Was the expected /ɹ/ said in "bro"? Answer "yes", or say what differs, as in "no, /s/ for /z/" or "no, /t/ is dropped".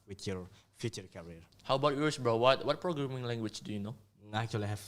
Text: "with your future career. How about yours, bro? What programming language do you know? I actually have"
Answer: no, /w/ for /ɹ/